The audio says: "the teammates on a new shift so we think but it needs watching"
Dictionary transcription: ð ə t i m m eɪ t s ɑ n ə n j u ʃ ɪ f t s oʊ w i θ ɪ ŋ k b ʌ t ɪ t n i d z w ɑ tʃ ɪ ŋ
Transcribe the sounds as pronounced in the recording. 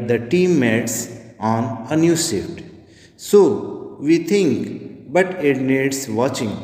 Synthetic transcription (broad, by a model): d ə t i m m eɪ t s ɑ n ə n j u s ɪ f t s oʊ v i t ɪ ŋ k b ʌ t ɪ t n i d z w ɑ tʃ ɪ ŋ